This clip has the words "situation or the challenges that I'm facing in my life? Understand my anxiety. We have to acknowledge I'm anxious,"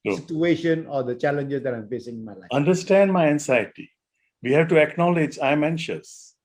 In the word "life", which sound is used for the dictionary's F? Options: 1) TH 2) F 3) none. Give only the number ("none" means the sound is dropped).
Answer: 3